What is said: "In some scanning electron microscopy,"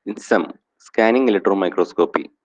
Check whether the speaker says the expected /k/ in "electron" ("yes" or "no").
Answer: no